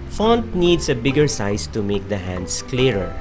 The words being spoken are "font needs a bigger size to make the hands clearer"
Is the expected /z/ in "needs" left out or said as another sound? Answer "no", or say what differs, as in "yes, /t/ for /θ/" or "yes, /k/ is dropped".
yes, /s/ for /z/